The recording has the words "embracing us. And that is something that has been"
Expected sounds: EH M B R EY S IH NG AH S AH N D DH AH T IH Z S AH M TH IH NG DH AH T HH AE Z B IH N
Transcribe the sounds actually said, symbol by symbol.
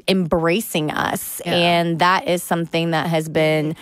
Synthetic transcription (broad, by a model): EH M B R EY S IH NG AH S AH N DH AH T IH Z S AH M TH IH NG DH AH T HH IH Z B IH N